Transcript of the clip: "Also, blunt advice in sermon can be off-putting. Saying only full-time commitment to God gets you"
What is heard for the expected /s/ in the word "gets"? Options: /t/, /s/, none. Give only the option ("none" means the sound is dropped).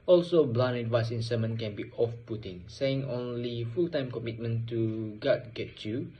none